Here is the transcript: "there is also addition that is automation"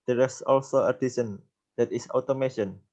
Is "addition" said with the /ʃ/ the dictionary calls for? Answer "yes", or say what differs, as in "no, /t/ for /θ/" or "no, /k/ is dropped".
no, /s/ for /ʃ/